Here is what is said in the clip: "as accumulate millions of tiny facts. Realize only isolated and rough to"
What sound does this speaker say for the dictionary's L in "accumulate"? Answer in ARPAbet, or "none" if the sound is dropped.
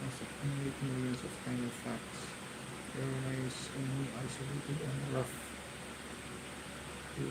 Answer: N